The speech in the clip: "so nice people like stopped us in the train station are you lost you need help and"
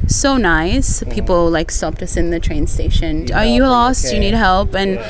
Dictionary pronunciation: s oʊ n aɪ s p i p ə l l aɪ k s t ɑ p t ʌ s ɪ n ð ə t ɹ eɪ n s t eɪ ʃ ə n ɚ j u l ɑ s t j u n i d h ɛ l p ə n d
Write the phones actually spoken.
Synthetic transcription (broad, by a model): s oʊ n aɪ s p i p l l aɪ k s t ɑ p t ʌ s ɪ n ð ə t ɹ eɪ n s t eɪ ʃ ə n ɚ j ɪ l ɑ s t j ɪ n i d h ɛ l p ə n